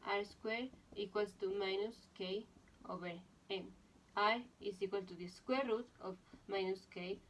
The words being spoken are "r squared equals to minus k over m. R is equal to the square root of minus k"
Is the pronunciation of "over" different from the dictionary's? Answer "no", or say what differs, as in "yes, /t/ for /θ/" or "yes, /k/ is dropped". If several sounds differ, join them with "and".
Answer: yes, /b/ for /v/